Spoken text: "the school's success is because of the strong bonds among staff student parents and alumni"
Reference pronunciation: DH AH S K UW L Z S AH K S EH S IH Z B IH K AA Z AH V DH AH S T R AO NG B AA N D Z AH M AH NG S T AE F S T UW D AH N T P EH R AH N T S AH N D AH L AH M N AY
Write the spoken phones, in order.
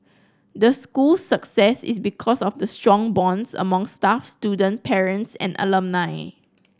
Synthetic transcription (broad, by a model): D AH S K UW L S AH K S EH S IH S B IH K AA S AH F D AH S T R AO NG B AA N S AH M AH NG S T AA F S T UW D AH N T P EH R AH N T S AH N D AH L AH M N AY